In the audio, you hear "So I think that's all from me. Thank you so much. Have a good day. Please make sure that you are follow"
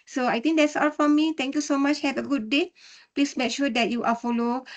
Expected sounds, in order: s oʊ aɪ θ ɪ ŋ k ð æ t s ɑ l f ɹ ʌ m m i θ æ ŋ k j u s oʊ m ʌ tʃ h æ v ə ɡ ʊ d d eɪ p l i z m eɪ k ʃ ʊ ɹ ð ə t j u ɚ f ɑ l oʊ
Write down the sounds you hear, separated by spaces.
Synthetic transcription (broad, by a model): s oʊ aɪ t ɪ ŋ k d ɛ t s ɑ l f ɹ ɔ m m i t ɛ ŋ k j u s oʊ m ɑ tʃ h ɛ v ə ɡ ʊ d d eɪ p l i s m eɪ k ʃ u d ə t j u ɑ f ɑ l oʊ